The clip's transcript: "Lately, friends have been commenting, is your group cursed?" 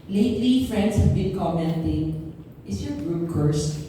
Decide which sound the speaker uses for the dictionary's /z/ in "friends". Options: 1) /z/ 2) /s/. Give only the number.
2